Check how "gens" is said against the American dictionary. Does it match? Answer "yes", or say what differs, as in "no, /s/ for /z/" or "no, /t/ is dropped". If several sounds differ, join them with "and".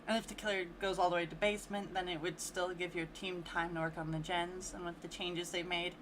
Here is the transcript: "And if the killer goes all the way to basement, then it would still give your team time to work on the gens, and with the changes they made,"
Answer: yes